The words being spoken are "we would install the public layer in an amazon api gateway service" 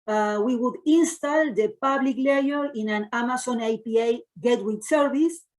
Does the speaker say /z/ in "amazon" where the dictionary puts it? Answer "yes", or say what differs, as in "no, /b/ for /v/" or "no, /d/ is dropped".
no, /s/ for /z/